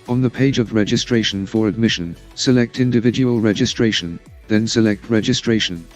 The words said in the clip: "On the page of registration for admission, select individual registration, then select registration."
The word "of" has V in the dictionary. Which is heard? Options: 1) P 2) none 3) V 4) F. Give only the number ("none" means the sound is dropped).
3